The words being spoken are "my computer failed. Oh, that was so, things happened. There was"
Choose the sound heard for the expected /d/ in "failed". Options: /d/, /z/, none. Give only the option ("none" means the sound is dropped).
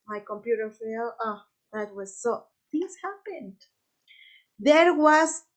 none